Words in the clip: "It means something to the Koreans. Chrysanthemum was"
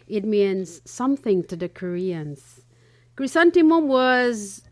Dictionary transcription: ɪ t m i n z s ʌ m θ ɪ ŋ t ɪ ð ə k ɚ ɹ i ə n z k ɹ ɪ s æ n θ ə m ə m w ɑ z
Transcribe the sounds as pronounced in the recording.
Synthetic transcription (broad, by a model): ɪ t m i n z s ʌ m θ ɪ ŋ t ɪ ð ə k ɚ ɹ i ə n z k ɹ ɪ s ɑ n t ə m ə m w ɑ z